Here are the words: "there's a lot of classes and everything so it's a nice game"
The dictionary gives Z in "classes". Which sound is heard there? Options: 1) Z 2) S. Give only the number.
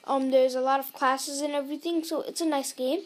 1